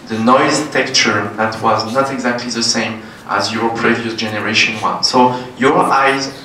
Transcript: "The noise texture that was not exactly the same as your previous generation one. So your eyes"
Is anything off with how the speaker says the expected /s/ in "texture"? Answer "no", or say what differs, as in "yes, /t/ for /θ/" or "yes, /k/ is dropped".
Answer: yes, /s/ is dropped